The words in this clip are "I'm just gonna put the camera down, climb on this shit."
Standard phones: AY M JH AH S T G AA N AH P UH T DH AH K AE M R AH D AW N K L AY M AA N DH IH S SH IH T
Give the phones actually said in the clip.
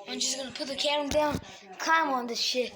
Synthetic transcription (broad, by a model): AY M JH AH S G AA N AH P UH T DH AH K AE R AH D AW N K AY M AA N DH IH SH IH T